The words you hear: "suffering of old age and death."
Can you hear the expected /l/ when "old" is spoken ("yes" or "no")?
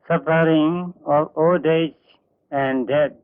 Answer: no